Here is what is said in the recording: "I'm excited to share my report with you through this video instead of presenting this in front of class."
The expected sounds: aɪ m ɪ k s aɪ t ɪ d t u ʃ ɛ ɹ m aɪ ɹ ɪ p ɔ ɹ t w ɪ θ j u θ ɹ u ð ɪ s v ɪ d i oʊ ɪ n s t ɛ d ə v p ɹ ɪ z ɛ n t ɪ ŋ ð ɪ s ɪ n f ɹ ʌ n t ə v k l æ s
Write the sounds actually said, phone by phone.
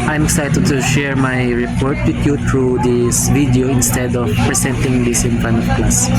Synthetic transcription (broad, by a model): aɪ m ɪ k s aɪ t ɪ d t u ʃ ɛ ɹ m aɪ ɹ ɪ p ɔ ɹ t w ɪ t j u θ ɹ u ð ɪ s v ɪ d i oʊ ɪ n s t ɛ d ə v p ɹ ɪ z ɛ n t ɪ ŋ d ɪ s ɪ n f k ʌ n ə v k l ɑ s